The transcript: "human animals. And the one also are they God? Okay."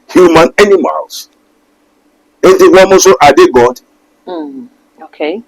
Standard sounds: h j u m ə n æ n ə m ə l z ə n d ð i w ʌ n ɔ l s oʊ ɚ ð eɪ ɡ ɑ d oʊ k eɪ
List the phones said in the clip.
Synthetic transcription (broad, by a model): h j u m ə n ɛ n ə m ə l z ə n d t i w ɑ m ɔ s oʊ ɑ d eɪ ɡ ɑ d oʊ k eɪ